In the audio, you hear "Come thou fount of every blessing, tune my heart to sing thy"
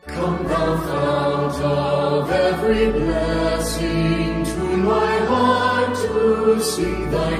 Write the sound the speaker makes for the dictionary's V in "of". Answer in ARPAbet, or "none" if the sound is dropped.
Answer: V